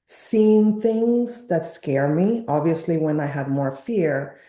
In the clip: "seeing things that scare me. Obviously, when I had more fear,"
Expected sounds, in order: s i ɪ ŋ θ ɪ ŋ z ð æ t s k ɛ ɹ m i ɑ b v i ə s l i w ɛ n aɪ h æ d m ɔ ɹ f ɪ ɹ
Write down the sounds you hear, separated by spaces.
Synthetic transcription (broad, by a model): s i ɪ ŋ θ ɪ ŋ z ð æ t s k ɛ ɹ m i ɑ b v i ə s l i w ɛ n aɪ h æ d m ɔ ɹ f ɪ ɹ